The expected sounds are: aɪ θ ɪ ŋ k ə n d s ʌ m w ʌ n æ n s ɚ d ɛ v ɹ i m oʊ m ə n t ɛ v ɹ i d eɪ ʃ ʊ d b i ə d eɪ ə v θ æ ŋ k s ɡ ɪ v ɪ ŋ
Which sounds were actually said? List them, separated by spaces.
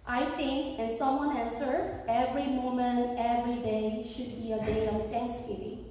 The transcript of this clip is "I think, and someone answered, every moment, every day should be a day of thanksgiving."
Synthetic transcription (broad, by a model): aɪ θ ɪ ŋ k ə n s ʌ m w ʌ n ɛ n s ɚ ɛ v ɹ i m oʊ m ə n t ɛ v ɹ i d eɪ ʃ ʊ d b i ə d eɪ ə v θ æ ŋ k s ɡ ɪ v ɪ ŋ